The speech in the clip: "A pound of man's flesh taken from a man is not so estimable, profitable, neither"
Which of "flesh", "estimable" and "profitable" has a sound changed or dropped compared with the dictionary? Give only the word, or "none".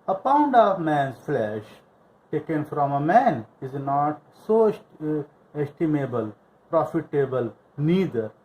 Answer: none